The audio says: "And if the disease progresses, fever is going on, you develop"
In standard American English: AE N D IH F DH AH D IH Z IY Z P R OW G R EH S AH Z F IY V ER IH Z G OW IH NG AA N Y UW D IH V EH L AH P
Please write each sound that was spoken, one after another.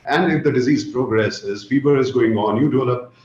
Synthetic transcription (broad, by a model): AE N D IH F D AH D IH Z IY Z P R OW G R EH S AH Z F IY B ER IH Z G OW IH NG AA N Y UW D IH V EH L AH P